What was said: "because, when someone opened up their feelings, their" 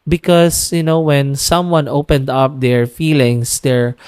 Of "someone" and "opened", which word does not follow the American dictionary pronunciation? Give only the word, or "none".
none